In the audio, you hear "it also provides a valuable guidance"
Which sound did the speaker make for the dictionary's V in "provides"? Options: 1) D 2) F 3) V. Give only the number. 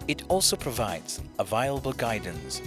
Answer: 3